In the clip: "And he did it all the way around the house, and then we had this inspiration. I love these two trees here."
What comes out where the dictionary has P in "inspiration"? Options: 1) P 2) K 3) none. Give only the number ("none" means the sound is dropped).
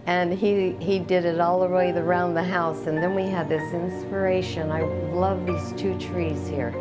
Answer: 1